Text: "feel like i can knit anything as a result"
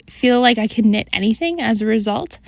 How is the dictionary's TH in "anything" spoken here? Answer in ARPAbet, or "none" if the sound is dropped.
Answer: TH